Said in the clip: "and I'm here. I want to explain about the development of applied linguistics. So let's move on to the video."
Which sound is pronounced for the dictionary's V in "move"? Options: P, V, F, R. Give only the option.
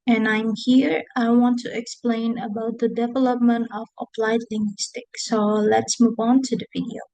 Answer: V